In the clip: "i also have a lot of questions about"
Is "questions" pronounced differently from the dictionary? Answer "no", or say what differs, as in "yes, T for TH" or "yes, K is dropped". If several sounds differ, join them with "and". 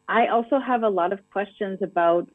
no